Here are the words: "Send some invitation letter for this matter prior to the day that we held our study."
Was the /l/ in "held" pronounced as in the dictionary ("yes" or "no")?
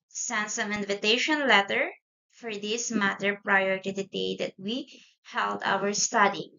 yes